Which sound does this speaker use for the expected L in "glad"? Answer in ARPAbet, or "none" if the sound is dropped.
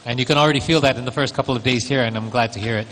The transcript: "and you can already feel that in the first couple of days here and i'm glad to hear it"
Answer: L